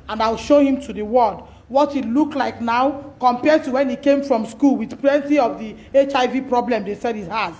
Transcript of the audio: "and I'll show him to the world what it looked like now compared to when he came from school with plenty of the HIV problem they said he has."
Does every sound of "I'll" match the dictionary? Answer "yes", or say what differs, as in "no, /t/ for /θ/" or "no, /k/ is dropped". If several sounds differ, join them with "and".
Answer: yes